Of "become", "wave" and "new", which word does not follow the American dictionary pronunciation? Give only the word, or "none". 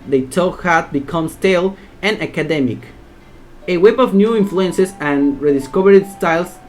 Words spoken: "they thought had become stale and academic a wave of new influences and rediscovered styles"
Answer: wave